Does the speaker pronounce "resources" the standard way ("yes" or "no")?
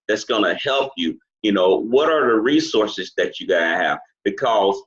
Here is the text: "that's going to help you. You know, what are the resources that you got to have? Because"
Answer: yes